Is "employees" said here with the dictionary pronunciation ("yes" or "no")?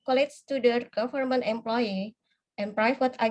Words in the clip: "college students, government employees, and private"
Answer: no